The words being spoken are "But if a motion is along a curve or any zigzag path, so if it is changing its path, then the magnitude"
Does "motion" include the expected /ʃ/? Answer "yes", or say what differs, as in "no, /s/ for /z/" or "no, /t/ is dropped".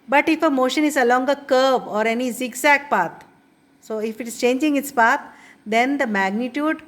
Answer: yes